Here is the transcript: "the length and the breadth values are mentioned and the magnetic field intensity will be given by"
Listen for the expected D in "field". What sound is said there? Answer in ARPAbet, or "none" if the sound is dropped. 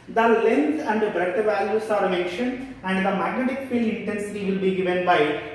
none